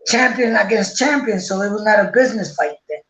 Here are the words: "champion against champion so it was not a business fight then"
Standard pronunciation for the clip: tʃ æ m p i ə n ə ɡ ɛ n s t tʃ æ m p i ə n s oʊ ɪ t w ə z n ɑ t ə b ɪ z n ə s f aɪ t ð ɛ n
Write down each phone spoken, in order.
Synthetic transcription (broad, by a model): tʃ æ m p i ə n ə ɡ ɛ n s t tʃ æ m p i ə n s oʊ ɪ t w ə z n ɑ t ə b ɪ z n ə s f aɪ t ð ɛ